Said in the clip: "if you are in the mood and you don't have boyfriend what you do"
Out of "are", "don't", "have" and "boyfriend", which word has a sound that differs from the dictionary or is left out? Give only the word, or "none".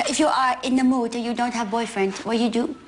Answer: none